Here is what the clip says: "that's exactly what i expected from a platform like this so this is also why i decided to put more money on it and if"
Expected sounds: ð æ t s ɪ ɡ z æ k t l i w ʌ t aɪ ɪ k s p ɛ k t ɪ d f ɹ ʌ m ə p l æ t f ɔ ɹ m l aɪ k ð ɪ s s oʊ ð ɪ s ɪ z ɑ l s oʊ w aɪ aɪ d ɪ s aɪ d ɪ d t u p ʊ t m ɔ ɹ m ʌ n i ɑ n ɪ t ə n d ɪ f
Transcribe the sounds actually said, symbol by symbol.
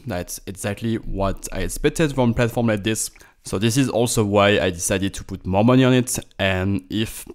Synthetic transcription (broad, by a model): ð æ t s ɪ ɡ z æ k t l i w ʌ t aɪ ɪ k s p ɛ k t ɪ d f ɹ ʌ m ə p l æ t f ɔ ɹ m l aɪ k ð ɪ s s oʊ ð ɪ s ɪ z ɑ l s oʊ w aɪ aɪ d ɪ s aɪ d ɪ d t u p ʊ t m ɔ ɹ m ʌ n i ɑ n ɪ t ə n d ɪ f